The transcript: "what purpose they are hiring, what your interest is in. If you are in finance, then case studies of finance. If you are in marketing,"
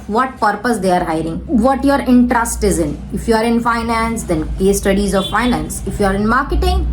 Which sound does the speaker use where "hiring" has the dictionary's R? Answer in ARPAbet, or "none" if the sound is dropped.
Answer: R